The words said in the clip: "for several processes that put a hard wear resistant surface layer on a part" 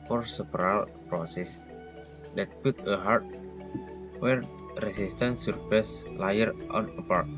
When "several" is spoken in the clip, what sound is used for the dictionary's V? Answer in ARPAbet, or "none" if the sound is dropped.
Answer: P